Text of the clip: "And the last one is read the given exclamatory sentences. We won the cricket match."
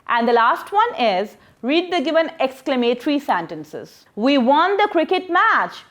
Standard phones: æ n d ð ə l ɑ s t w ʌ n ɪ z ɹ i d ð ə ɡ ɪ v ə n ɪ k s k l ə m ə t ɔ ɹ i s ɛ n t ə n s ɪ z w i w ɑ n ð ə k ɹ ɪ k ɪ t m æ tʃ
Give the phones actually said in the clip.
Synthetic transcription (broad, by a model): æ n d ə l ɑ s t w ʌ n ɪ z ɹ i d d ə ɡ ɪ v ə n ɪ k s k l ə m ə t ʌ ɹ i s ɛ n t ə n s ɪ z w i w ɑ n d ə k ɹ ɪ k ɪ t m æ tʃ